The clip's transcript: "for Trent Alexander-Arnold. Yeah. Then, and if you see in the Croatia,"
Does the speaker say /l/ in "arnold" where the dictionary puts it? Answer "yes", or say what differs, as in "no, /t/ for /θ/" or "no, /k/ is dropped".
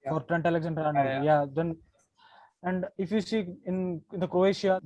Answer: no, /n/ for /l/